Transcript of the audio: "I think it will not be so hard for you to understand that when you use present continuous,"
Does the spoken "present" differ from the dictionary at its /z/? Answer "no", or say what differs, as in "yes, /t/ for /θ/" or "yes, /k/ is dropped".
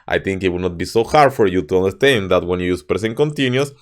yes, /s/ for /z/